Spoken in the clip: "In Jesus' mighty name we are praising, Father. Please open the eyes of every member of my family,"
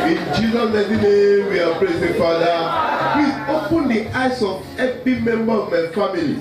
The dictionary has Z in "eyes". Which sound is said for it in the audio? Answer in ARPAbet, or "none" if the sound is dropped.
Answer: S